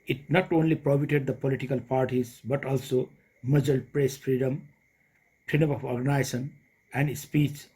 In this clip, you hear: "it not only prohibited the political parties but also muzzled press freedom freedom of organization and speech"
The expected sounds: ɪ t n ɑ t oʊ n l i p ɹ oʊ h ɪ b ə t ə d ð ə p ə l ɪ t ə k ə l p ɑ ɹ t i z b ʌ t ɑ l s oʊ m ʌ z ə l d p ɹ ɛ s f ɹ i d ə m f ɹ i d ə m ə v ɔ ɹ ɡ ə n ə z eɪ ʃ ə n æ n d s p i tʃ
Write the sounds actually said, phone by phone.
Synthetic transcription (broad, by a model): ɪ t n ɑ t oʊ n l i p ɹ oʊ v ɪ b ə t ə d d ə p ə l ɪ t ə k ə l p ɑ ɹ t i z b ʌ t ɑ l s oʊ m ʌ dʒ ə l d p ɹ ɛ s f ɹ i d ə m p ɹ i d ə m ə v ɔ ɹ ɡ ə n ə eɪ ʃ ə n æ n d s p i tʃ